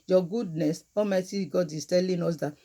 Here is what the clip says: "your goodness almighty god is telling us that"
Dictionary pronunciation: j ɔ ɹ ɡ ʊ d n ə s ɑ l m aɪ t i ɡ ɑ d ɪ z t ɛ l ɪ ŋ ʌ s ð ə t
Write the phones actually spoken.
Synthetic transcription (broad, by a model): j ɔ ɡ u d n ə s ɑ m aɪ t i ɡ ɑ d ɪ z t ɛ l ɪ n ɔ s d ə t